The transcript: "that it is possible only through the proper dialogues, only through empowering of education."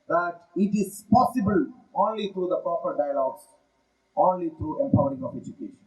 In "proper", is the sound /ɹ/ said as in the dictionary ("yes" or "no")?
yes